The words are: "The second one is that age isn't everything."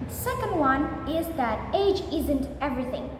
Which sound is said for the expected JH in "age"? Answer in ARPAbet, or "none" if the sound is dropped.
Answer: JH